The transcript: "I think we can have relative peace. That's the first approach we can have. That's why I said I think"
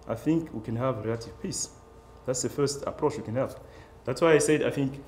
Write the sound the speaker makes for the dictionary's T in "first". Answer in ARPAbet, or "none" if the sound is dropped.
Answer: T